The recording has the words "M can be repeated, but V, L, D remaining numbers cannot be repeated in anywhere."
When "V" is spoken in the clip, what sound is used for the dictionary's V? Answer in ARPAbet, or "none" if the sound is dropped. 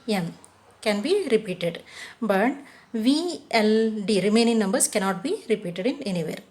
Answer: V